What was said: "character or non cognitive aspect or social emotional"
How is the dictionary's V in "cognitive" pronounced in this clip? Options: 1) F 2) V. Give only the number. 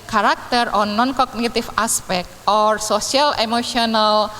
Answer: 1